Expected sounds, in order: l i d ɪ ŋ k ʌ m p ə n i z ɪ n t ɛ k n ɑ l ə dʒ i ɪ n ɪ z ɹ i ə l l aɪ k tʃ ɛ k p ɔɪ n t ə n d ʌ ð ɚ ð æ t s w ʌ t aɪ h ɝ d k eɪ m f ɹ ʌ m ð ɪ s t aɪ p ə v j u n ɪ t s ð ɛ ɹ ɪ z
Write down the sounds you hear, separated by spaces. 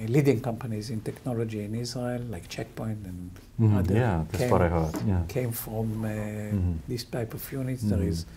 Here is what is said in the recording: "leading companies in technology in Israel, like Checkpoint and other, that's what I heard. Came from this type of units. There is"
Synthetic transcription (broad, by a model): l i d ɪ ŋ k ʌ m p ə n i z ɪ n t ɛ k n ɑ l ə dʒ i ɪ n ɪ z i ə l l aɪ k tʃ ɛ k p ɔɪ n t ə n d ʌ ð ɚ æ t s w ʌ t aɪ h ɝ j k eɪ m f ɹ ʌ m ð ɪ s t aɪ p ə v j u n ɪ t s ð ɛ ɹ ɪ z